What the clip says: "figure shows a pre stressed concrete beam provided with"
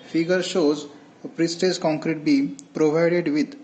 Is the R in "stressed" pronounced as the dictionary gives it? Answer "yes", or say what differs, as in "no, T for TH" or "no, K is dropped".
no, R is dropped